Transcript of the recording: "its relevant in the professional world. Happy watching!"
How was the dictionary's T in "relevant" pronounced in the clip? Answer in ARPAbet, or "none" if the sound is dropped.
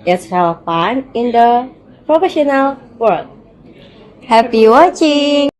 none